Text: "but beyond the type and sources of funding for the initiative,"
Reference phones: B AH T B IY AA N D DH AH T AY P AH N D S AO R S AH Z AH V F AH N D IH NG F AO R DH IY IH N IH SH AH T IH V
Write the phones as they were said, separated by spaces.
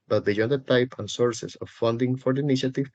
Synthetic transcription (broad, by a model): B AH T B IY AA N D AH T AY P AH N S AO R S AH S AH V F AH N D IH NG F AO R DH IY N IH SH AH T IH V